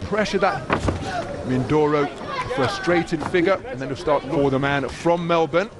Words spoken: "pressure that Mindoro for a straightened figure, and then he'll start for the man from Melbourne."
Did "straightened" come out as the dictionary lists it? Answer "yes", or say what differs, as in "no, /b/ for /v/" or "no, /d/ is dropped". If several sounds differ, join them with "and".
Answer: no, /n/ is dropped